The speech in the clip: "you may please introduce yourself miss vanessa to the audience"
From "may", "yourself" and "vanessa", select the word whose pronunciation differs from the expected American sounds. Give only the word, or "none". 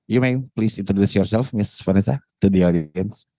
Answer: vanessa